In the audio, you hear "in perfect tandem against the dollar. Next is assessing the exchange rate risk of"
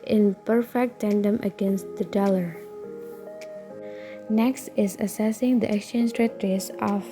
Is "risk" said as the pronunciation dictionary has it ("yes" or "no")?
no